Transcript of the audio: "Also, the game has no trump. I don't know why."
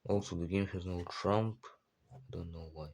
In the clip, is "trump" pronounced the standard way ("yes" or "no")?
yes